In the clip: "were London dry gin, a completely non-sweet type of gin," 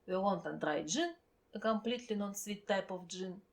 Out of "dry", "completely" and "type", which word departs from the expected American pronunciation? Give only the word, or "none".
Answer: none